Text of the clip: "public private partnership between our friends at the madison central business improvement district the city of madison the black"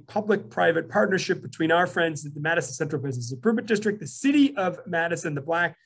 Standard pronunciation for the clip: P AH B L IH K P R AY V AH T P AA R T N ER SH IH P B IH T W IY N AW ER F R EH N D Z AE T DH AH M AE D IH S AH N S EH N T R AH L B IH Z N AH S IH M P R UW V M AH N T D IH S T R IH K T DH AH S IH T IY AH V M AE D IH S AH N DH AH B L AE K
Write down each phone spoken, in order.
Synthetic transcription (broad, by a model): P AH B L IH K P R AY V AH T P AA R T N ER SH IH P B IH T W IY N AW ER F R EH N D Z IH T DH AH M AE D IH S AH N S EH N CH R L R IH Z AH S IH P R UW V AH T D IH S T R IH K T DH AH S IH T IY AH V M AE D IH S AH N DH AH B L AE K